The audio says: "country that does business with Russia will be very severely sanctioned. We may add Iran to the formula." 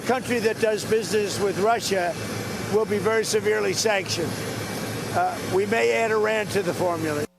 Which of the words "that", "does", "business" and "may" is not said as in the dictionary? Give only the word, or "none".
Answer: none